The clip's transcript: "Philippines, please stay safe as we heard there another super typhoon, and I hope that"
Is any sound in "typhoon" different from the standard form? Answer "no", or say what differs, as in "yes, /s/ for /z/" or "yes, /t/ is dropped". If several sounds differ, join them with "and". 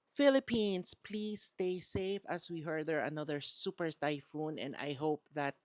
no